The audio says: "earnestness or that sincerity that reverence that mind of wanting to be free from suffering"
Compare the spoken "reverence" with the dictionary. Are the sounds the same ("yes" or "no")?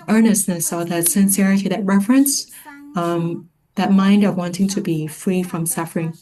no